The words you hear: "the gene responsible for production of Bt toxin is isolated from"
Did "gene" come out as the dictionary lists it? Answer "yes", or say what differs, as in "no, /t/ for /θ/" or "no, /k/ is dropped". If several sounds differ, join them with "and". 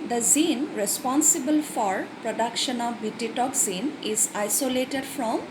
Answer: no, /z/ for /dʒ/